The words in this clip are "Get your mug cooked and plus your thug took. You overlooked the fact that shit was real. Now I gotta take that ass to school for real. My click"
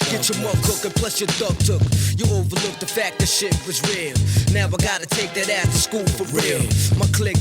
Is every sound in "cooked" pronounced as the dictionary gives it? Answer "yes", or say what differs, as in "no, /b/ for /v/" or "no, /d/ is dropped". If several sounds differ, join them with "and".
no, /t/ is dropped